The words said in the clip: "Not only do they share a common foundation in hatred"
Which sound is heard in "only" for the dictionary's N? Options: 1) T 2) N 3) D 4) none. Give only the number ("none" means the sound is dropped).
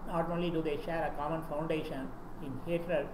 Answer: 4